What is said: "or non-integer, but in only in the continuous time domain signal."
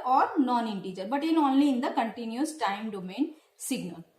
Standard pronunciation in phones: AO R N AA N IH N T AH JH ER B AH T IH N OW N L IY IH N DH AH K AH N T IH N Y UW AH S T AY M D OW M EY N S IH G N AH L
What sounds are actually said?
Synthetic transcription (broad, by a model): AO R N AA N IH N T AH JH ER B AH T IH N OW N L IY IH N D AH K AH N T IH N Y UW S T AY M D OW M EY N S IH G N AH L